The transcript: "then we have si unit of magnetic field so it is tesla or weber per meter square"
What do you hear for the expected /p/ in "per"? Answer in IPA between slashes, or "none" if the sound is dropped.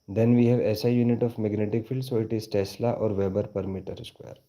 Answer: /p/